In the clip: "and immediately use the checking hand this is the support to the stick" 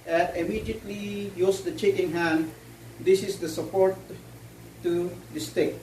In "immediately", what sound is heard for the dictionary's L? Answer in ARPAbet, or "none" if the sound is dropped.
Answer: L